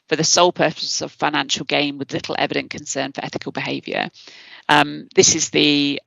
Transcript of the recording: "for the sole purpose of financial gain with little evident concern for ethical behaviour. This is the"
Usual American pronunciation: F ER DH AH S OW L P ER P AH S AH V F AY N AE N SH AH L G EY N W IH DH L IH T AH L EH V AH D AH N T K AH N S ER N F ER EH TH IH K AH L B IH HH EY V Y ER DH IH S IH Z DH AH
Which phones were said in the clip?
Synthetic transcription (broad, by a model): F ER DH AH S OW L P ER P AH S AH V F AY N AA N SH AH L G EY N W IH DH L IH T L EH V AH D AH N K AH N S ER N F ER EH TH IH K AH L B IH HH EY V Y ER DH IH S IH Z DH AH